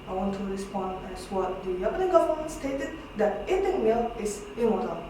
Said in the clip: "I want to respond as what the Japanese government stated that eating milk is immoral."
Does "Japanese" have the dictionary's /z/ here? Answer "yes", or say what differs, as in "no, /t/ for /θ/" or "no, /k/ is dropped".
no, /z/ is dropped